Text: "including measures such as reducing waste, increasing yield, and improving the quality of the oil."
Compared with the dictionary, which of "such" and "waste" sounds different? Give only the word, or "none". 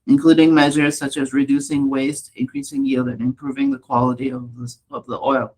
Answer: none